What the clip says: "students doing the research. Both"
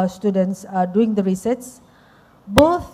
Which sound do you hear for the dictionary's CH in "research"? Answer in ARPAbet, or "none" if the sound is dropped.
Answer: S